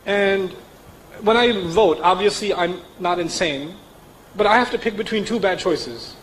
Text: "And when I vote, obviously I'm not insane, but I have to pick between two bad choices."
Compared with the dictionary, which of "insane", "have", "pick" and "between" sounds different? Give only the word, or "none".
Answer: have